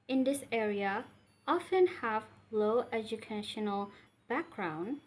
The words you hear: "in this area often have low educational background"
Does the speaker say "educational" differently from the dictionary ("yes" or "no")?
no